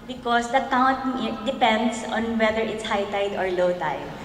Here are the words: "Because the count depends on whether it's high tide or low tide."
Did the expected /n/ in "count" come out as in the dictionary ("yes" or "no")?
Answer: no